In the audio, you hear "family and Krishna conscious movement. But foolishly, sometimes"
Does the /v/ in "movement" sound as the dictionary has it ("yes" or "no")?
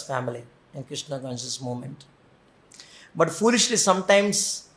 no